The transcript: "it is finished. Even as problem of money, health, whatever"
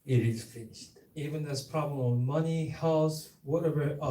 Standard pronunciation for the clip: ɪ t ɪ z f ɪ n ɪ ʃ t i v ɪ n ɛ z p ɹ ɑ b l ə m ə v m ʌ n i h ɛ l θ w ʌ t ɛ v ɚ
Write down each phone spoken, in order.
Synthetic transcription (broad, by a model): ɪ t ɪ z f ɪ n ɪ ʃ t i v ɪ n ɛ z p ɹ ɑ b l ə m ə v m ʌ n i h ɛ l s w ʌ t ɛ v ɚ